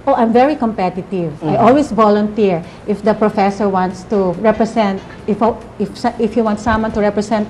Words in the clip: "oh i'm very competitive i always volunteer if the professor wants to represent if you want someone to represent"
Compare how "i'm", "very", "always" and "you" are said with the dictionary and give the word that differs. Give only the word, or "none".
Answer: always